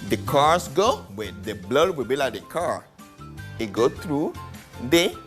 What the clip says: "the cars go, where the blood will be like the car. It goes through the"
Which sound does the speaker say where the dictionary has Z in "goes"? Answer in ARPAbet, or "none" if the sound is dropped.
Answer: none